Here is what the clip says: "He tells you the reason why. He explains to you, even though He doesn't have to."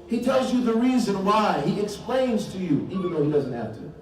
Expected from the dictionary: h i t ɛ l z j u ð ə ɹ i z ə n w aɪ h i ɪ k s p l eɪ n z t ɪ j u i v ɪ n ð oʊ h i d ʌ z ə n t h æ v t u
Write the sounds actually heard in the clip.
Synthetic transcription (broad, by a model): h i t ɛ l z j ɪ ð ə ɹ i z ə n w aɪ h i ɪ k s p l eɪ n z t ɪ j u i v ɪ n ð oʊ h i d ʌ z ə n t h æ f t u